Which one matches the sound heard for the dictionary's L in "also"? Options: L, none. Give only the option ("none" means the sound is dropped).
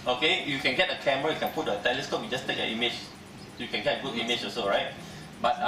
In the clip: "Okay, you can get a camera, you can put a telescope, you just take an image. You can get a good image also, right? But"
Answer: none